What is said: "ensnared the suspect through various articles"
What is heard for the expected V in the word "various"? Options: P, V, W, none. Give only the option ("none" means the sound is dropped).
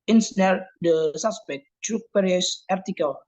P